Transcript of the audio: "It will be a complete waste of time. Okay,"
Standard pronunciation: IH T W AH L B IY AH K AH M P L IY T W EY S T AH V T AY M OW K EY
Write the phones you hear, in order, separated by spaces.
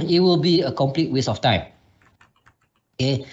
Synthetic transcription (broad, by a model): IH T W AH L B IY AH K AH M P L IY T W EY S AH F T AY M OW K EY